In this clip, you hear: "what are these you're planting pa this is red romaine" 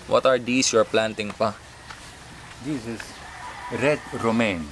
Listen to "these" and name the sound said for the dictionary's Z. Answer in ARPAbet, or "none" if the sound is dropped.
S